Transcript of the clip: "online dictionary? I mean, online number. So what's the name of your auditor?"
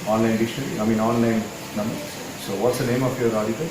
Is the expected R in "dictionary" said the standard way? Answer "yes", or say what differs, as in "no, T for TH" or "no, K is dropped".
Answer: no, L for R